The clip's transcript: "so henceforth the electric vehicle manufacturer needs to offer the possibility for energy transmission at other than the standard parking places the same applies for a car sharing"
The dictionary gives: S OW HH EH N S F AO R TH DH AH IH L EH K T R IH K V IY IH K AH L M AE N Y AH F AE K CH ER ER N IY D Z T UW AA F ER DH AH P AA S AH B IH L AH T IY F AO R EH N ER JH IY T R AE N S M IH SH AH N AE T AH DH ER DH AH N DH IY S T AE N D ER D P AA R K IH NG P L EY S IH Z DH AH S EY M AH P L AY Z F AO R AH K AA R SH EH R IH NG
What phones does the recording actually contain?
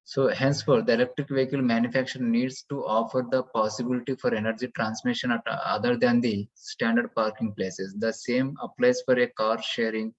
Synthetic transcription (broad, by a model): S OW HH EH N S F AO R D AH IH L EH K T R IH K V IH K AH L M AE N Y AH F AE K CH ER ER N IY D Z T UW AA F ER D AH P AA S AH B IH L AH T IY F AO R EH N ER JH IY T R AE N S M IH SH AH N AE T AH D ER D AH N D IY S T AE N D ER D P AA R K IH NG P L EY S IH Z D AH S EY M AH P L AY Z F AO R AH K AA R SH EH R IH NG